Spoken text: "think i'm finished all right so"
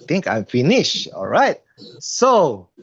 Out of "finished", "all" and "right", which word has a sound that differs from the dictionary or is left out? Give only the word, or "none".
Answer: finished